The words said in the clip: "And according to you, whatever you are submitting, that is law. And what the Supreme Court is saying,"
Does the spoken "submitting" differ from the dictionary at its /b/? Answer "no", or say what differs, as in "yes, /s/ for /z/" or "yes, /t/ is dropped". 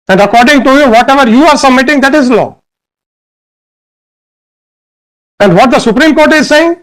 yes, /b/ is dropped